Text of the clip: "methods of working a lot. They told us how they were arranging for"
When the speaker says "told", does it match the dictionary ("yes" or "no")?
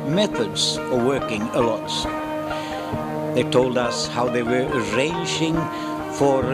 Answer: yes